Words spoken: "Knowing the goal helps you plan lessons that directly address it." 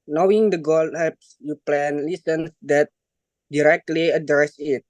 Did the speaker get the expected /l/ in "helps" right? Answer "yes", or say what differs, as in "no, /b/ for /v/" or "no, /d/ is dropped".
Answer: no, /l/ is dropped